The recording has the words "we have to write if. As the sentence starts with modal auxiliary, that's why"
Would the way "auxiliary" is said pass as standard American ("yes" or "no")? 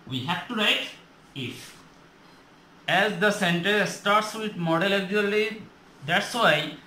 no